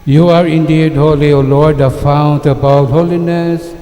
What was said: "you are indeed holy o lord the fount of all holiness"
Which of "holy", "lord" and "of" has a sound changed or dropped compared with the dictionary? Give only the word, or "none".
of